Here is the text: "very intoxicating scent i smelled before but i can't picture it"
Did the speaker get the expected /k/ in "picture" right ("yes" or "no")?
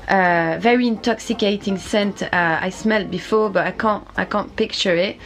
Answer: yes